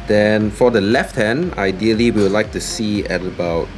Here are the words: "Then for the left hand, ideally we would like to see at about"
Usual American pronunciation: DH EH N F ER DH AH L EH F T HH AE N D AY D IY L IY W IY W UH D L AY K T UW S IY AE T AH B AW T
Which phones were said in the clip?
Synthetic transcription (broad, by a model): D EH N F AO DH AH L EH F T HH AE N D AY D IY IY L IY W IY L AY K T UW S IY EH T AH B AW T